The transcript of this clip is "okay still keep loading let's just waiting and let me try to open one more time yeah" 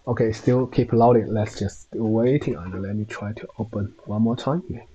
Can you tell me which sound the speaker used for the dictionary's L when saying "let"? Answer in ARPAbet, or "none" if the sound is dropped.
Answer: L